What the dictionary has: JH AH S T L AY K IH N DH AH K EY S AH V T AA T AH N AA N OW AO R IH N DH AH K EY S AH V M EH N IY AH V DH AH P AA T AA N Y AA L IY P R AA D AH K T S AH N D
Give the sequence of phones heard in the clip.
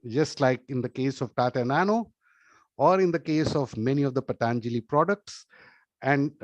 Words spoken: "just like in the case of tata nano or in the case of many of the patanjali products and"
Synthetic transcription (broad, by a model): JH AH S T L AY K IH N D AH K EY S AH V T AA T AH N AA N OW AO R IH N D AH K EY S AH V M EH N IY AH V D AH P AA T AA N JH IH L IY P R AA D AH K T S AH N D